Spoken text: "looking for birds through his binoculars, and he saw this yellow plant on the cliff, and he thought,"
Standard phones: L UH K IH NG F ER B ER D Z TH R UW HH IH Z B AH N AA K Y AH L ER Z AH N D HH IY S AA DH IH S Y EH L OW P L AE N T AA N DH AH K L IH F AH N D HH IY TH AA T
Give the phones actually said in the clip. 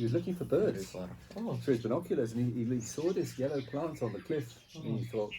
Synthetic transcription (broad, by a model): L UH K IH NG F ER B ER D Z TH R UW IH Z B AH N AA K Y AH L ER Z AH N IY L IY S AA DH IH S Y EH L OW P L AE N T N DH AH K L IH F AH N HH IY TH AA T